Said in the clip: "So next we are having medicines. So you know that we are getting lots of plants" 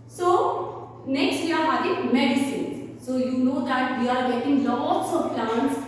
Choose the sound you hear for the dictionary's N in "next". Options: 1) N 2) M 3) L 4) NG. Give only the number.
1